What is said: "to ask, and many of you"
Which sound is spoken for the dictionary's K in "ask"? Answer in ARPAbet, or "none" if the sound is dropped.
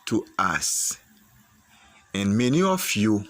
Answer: none